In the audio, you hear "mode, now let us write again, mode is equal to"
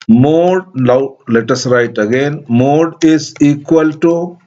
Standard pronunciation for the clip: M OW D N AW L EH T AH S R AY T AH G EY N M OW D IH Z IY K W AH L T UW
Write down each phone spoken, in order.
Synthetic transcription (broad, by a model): M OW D L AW L EH T AH S R AY T AH G EY N M OW D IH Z IY K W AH L T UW